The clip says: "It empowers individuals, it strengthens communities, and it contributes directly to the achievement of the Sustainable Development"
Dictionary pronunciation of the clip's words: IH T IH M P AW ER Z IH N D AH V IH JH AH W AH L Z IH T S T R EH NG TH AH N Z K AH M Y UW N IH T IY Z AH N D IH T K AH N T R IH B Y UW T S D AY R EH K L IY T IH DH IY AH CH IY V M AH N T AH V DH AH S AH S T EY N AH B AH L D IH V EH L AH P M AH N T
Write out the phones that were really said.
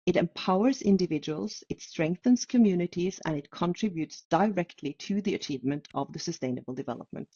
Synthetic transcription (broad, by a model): IH T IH M P AW ER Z IH N D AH V IH JH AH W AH L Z IH T S T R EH NG TH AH N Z K AH M Y UW N IH T IY Z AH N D IH T K AH N T R IH B Y UW T S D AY R EH K L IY T IH DH IY AH CH IY V M AH N T AH V DH AH S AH S T EY N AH B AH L D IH V EH L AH P M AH N T